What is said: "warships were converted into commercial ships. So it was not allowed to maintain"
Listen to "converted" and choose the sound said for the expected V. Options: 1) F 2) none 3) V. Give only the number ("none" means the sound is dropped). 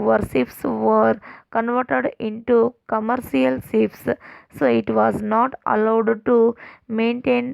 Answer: 3